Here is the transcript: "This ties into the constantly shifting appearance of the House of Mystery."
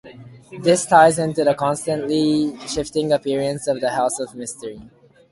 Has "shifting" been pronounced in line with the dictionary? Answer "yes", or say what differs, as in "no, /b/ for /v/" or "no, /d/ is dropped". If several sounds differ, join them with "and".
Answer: yes